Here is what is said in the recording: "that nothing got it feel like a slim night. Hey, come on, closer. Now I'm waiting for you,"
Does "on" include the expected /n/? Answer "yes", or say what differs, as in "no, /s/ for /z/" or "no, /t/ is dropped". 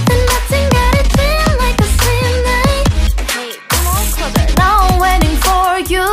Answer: no, /l/ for /n/